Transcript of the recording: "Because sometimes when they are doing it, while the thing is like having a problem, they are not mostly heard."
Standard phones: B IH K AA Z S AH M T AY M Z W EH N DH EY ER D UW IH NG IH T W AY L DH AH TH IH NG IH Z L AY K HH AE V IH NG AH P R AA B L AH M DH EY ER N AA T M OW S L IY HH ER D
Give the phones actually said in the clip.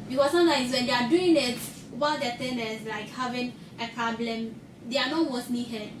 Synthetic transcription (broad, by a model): B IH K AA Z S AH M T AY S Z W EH N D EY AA D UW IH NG IH T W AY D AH T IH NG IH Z L AY K HH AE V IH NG AH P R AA B L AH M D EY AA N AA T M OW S N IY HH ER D